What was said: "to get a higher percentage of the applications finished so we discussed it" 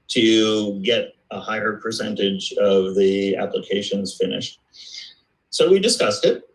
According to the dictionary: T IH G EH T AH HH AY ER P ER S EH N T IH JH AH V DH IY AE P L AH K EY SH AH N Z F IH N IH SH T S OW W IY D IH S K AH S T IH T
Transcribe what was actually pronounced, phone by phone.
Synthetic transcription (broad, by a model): T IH G EH T AH HH AY ER P ER S EH N T IH JH AH V DH IY AE P L AH K EY SH AH N Z F IH N IH SH T S OW W IY D IH S K AH S T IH T